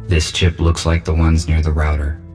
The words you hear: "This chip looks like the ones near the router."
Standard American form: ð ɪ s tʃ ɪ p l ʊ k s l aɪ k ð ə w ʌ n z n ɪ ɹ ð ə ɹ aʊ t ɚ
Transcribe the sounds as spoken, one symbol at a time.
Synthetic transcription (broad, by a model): ð ɪ s tʃ ɪ p l ʊ k s l aɪ k ð ə w ʌ n z n ɪ ɹ ð ə ɹ aʊ t ɚ